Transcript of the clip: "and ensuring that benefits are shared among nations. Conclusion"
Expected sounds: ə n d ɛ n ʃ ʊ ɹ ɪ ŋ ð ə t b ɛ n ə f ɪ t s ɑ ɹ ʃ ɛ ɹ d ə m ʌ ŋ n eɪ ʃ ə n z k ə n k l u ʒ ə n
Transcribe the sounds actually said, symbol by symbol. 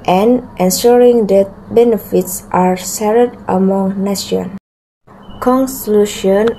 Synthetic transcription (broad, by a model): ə n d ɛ n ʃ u ɹ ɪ ŋ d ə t b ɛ n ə f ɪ t s ɑ ɹ s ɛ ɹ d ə m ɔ ŋ n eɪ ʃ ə n k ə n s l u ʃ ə n